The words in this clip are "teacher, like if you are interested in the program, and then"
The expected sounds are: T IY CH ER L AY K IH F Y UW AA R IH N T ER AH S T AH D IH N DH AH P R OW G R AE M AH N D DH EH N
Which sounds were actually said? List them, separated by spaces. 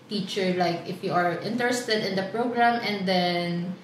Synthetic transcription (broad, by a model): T IY CH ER L AY K IH F Y UW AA R IH N T ER AH S T AH D IH N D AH P R OW G R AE M AH N D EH N